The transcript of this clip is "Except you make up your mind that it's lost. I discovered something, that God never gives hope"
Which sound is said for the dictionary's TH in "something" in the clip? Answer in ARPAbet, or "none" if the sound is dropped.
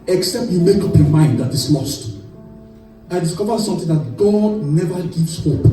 T